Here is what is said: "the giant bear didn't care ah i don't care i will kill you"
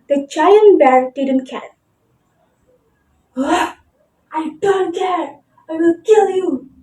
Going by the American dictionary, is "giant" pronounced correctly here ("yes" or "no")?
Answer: no